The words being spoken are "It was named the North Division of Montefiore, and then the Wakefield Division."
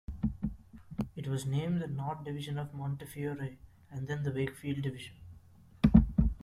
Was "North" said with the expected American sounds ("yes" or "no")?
no